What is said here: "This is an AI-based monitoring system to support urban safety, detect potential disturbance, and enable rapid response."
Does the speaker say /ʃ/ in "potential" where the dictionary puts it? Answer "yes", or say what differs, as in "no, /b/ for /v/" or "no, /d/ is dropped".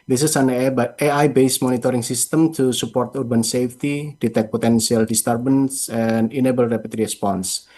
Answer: no, /s/ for /ʃ/